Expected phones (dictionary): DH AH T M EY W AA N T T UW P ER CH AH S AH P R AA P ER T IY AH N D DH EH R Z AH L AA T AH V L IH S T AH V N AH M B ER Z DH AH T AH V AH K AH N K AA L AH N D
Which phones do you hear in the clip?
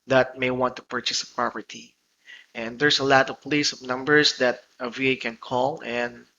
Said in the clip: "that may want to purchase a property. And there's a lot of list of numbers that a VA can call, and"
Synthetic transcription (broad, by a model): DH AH T M EY W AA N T T UW P ER CH AH S AH P R AA P ER T IY AH N D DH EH R S AH L AA T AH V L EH S AH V N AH M B ER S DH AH T AH V AH K AH N K AA L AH N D